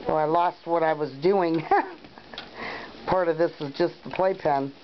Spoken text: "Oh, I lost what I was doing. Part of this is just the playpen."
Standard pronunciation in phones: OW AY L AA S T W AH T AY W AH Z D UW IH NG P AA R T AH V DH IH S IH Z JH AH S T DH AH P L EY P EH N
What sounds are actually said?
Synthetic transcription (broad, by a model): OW AY L AA S T W AH T AY W AH Z D UW IH NG P AA R T AH V DH IH S IH Z JH AH S T DH AH P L EY P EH N